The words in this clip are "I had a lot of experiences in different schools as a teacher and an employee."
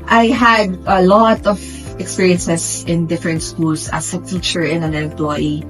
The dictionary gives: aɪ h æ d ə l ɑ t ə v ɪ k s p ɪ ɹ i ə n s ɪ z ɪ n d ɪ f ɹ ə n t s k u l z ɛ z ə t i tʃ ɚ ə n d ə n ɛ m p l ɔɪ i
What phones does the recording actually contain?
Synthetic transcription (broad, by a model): aɪ h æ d ə l ɑ t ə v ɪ k s p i ɹ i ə n s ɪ s ɪ n d ɪ f ɹ ə n t s k u l s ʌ s ə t i tʃ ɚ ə n ə n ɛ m p l ɔɪ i